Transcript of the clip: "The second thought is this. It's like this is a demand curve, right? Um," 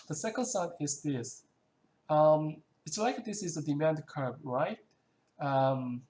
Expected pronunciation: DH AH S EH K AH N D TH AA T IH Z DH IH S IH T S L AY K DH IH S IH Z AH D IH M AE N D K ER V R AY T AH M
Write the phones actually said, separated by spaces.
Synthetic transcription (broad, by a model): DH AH S EH K AH N D S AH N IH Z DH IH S IH T S L AY K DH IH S IH Z AH D IH M AE N D K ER B R AY T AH M